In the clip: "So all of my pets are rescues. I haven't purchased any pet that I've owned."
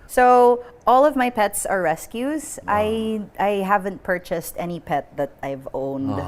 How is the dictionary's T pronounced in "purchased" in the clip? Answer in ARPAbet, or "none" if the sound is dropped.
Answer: T